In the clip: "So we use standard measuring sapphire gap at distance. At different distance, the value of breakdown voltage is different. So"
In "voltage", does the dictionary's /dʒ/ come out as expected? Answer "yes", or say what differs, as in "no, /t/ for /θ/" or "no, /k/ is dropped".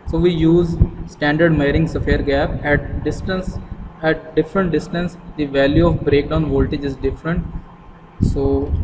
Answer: yes